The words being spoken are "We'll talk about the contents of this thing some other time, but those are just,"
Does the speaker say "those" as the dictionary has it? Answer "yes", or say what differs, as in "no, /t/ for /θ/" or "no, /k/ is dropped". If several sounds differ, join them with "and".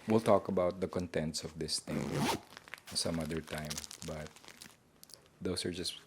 no, /s/ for /z/